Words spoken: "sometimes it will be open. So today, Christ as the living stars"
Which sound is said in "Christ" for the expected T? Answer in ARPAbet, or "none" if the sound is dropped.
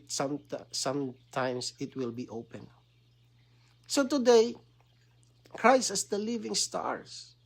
none